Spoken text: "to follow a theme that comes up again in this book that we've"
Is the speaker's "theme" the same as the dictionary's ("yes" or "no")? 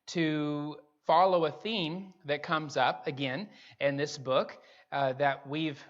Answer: yes